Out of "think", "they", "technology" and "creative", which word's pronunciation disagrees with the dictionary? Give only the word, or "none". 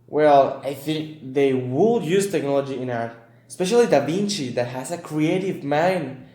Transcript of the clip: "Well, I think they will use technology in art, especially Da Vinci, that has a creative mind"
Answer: none